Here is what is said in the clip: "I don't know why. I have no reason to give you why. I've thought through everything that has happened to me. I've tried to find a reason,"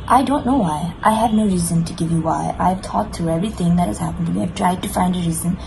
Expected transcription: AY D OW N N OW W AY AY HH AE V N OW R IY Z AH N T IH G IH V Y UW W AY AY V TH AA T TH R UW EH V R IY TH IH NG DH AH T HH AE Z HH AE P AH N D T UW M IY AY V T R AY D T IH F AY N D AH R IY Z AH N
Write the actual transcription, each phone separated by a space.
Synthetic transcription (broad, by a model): AY D OW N N OW W AY AY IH V N OW R IY Z AH N T IH G IH V Y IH W AY AY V T AA T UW EH V R IY TH IH NG DH AH T HH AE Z HH AE P AH N D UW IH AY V T R AY D T IH F AY N D AH R IY Z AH N